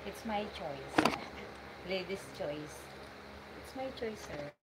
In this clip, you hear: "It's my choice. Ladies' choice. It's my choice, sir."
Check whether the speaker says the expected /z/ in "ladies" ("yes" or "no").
no